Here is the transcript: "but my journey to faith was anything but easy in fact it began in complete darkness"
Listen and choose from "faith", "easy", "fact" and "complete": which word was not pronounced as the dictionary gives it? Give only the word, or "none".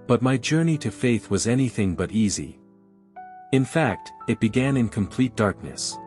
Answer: none